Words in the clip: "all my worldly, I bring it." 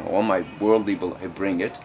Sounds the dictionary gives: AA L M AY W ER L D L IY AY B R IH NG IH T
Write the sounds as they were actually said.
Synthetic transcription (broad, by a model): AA L M AY W ER L D L IY AY B R IH NG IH T